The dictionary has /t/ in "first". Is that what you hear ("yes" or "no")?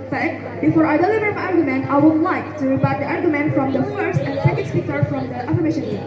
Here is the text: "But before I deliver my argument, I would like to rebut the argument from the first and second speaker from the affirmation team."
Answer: yes